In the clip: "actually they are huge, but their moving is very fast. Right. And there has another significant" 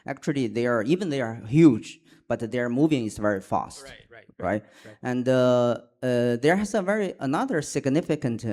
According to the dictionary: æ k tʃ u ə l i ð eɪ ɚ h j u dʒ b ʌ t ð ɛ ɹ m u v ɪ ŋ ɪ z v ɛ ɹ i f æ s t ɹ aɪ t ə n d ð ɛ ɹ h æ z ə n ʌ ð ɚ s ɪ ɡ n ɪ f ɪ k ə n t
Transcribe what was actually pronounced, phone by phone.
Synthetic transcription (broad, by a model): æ k tʃ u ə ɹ i ð eɪ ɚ h j u dʒ b ʌ t ð ɛ ɹ m u v ɪ ŋ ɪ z v ɛ ɹ i f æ s t ɹ aɪ t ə n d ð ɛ ɹ h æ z ə n ʌ ð ɚ s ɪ ɡ n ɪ f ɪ k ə n t